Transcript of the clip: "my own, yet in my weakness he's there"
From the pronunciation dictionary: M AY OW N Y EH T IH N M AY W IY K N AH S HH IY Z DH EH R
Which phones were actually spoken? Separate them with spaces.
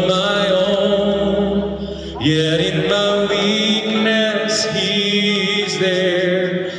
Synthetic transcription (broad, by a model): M AY OW N Y EH T IH N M AY W IY K N AH S HH IY Z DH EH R